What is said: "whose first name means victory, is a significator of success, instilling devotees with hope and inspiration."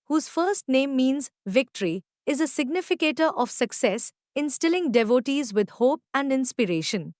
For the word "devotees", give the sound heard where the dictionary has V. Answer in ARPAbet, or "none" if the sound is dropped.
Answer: V